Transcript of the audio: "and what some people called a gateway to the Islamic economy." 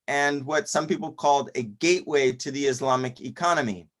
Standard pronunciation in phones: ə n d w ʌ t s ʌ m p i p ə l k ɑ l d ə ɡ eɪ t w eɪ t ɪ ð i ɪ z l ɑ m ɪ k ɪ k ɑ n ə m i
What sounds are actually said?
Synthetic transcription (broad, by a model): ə n w ʌ t s ʌ m p i p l k ɑ l d ə ɡ eɪ t w eɪ t ɪ ð i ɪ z l ɑ m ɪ k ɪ k ɑ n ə m i